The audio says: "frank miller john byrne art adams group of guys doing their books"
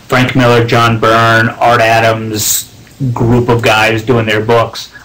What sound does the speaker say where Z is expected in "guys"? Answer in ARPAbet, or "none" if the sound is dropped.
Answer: Z